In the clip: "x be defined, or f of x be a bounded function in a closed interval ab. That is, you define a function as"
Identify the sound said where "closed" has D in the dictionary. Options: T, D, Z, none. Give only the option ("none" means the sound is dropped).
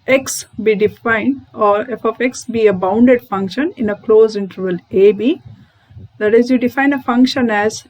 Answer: none